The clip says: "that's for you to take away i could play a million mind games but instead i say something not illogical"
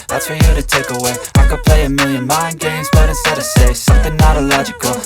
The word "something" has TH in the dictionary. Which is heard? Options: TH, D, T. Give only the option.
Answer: TH